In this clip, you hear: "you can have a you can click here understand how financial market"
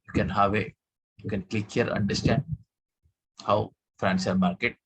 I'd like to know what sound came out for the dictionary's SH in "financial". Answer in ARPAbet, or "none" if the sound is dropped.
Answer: S